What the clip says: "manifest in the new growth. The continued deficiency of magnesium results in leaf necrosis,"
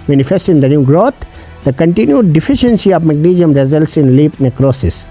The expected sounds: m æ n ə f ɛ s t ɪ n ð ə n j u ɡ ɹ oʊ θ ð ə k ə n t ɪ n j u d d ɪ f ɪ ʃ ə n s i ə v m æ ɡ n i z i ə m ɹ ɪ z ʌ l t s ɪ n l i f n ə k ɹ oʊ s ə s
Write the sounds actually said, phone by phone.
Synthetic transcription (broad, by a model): m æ n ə f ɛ s t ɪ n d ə n j u ɡ ɹ oʊ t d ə k ə n t ɪ n j u d d ɪ f ɪ ʃ ə n s i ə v m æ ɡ n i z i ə m ɹ ɪ z ʌ l t s ɪ n l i p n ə k ɹ oʊ s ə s